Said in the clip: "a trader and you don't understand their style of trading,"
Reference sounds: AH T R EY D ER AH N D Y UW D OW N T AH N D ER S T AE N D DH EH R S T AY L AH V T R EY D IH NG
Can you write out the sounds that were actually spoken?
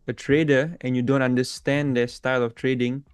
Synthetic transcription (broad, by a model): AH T R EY D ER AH N Y UW D OW N T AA N D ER S T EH N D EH S T AY L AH F T R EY D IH NG